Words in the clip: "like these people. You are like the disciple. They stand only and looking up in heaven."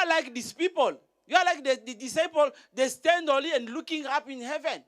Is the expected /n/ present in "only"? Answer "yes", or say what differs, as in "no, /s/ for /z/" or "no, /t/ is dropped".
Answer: no, /n/ is dropped